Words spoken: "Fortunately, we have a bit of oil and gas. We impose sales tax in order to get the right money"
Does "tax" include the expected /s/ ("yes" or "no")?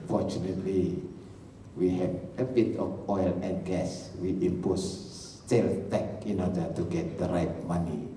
no